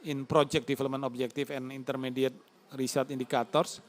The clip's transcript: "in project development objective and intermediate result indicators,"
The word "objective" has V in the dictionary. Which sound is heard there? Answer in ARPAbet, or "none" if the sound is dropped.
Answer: F